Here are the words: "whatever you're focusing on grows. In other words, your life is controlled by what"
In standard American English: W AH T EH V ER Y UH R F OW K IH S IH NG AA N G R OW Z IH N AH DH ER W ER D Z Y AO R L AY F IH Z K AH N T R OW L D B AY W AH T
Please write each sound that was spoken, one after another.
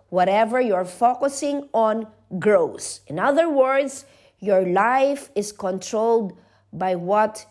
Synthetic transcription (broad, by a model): W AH T EH V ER Y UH R F OW K IH S IH NG AA N G R OW S IH N AH DH ER W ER D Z Y AO R L AY F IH S K AH N T R OW L D B AY W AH T